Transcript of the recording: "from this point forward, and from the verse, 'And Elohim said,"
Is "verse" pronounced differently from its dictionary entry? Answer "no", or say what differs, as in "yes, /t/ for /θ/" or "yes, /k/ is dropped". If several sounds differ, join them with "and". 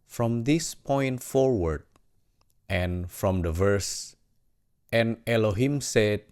no